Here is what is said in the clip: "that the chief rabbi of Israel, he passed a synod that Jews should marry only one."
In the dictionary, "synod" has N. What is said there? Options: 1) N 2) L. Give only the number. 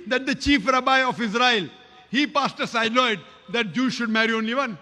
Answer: 2